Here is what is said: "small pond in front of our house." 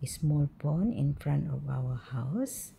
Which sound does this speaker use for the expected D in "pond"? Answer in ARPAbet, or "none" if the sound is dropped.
none